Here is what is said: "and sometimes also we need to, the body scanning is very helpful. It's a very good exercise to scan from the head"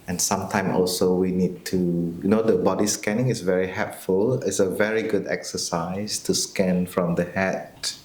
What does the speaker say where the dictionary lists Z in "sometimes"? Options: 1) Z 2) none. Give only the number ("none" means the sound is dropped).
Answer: 2